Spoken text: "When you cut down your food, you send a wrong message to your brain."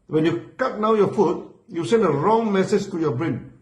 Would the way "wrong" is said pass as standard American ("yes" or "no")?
yes